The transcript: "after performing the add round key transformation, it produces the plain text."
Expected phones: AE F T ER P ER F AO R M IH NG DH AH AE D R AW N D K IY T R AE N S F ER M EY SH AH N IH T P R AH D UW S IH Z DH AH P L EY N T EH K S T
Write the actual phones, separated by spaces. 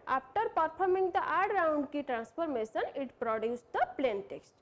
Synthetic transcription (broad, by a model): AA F T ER P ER P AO R M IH NG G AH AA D R AW N D K IY T R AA N S P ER M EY S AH N IH T P R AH D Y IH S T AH P L EY N T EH K S T